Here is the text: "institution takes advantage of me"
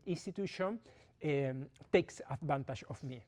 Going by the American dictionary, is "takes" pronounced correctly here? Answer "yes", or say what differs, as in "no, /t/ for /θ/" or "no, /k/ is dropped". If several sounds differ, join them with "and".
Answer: yes